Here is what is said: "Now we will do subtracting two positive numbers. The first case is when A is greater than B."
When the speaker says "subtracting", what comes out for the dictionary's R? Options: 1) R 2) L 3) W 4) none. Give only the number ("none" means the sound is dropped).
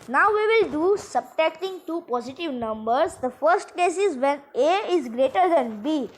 4